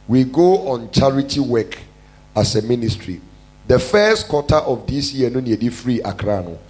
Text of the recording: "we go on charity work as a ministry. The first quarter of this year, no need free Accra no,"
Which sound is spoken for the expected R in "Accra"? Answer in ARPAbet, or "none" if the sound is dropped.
R